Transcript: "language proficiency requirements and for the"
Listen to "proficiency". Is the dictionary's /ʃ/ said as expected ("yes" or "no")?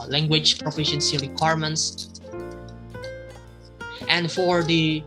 yes